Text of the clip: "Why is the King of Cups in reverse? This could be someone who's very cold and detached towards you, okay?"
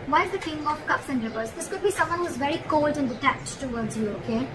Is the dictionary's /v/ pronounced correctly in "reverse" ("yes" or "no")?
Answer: no